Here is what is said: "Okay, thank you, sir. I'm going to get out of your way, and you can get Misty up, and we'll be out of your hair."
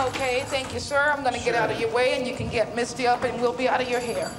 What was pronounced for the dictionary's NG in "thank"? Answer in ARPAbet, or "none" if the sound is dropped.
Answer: NG